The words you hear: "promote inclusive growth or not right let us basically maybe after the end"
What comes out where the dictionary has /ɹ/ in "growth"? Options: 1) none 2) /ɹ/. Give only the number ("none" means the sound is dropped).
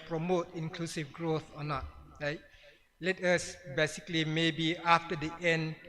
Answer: 2